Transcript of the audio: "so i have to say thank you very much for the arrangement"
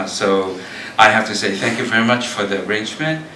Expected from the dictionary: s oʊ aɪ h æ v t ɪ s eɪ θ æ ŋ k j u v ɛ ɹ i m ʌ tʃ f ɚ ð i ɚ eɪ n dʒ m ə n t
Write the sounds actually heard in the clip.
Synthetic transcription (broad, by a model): s oʊ aɪ h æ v t ɪ s eɪ θ æ ŋ k j u v ɛ ɹ i m ʌ tʃ f ɚ ð i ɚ eɪ n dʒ m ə n t